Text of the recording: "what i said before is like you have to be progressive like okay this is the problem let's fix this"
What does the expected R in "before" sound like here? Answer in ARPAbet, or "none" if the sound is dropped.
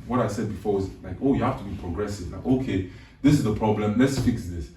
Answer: W